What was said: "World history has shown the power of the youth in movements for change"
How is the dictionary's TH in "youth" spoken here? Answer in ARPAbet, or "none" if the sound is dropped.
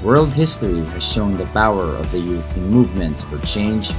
TH